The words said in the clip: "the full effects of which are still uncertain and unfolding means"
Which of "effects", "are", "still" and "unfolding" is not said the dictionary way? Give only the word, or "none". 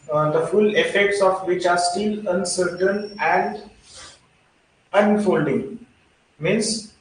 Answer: none